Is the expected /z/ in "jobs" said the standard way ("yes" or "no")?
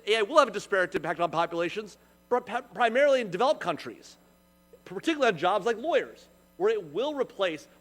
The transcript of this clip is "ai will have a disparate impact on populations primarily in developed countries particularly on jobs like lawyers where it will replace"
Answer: yes